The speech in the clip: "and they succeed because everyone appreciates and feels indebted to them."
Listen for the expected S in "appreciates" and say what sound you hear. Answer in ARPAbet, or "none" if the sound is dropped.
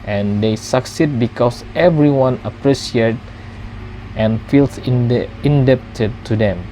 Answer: none